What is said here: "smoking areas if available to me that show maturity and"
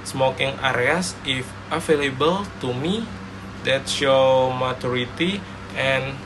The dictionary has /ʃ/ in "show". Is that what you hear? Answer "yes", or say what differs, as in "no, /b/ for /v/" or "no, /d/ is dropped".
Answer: no, /s/ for /ʃ/